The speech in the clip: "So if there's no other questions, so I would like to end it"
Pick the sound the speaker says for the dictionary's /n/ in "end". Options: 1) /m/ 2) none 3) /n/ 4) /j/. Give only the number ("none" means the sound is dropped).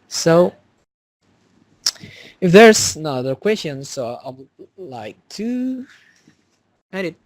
2